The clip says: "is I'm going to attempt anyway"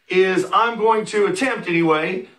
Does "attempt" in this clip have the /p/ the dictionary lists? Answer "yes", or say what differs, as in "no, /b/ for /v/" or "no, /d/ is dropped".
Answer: yes